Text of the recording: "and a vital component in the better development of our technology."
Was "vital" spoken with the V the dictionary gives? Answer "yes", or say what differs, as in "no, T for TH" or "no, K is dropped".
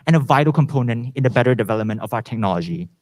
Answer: yes